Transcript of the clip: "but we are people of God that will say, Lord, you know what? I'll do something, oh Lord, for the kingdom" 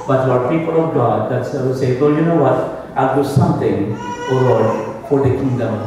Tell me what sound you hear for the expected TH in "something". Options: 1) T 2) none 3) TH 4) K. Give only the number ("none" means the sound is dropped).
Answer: 1